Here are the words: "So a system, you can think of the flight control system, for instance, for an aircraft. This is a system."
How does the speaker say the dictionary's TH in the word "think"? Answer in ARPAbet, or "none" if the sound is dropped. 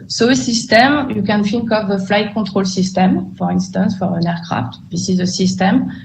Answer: F